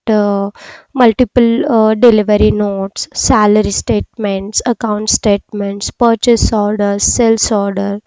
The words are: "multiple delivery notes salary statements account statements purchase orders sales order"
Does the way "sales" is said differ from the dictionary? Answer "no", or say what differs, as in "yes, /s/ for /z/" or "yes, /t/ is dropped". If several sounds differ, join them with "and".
yes, /s/ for /z/